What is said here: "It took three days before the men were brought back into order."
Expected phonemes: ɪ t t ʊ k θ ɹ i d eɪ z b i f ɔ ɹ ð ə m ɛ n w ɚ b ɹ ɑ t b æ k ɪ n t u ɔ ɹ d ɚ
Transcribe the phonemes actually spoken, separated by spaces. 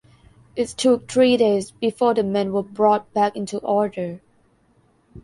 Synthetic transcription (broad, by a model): ɪ t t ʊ k t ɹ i d eɪ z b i f ɔ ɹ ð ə m ɛ n w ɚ b ɹ ɑ t b æ k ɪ n t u ɔ ɹ d ɚ